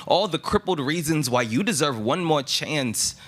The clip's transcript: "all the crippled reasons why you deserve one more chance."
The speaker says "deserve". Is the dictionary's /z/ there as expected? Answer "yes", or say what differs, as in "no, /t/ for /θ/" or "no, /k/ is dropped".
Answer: yes